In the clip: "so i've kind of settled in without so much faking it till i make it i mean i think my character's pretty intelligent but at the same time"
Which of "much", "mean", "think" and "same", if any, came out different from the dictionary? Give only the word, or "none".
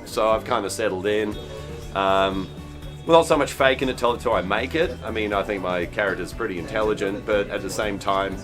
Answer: none